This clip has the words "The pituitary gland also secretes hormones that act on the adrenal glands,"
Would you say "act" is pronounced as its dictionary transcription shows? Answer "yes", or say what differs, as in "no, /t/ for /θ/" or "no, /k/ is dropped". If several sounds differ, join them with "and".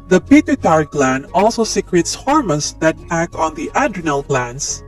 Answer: no, /t/ is dropped